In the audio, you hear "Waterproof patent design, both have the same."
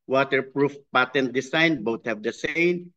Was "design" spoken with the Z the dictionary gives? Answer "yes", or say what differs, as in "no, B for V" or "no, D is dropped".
no, S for Z